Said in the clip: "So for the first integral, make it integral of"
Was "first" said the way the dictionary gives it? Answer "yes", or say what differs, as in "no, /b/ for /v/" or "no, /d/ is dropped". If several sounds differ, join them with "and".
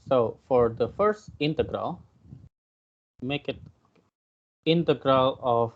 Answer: yes